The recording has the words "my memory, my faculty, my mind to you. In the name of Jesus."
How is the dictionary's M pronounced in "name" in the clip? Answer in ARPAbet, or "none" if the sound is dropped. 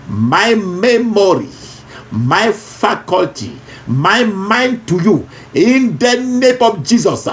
M